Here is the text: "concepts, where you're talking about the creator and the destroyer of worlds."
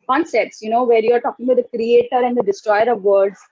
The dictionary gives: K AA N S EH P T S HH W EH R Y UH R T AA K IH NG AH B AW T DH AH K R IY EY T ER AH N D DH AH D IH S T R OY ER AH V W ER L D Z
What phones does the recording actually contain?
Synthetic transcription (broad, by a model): K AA N S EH P T S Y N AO R Y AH R T AA K IH NG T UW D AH K R IY EY T ER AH N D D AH D IH S T R OY ER AH V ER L D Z